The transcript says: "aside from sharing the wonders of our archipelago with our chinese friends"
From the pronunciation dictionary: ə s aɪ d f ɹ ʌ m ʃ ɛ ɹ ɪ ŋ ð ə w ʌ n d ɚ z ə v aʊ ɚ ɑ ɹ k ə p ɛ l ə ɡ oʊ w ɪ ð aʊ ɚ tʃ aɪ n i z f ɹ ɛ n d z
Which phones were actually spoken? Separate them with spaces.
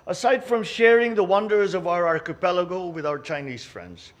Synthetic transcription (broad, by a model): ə s aɪ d f ɹ ʌ m ʃ ɛ ɹ ɪ ŋ ð ə w ʌ n d ɚ z ə v aʊ ɚ ɑ ɹ k ə p ɛ l ə ɡ oʊ w ɪ ð aʊ ɚ tʃ aɪ n i z f ɹ ɛ n d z